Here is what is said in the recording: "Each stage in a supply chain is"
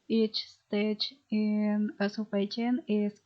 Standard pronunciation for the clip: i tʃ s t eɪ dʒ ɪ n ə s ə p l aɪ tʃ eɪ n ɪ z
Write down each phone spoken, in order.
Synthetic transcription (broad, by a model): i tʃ s t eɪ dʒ ɪ n ə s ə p aɪ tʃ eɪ n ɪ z